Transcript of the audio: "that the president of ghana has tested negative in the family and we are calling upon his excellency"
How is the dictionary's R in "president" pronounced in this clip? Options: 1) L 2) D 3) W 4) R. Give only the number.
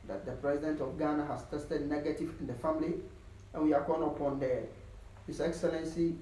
4